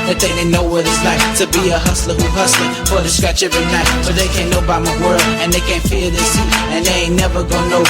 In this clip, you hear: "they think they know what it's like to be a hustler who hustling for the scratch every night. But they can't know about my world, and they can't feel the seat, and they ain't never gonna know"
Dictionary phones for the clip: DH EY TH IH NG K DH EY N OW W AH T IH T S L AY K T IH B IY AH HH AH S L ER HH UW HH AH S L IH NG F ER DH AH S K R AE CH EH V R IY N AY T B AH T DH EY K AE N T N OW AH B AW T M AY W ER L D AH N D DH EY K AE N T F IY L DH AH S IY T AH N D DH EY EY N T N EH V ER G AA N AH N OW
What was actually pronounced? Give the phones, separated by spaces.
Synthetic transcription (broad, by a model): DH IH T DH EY N OW W AH T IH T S L AY K T IH B IY AH HH AH S L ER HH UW HH AH S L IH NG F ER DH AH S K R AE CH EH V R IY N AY B AH T DH EY K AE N N OW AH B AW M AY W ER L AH N DH EY K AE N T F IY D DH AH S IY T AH N DH EY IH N N EH V ER G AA AH N OW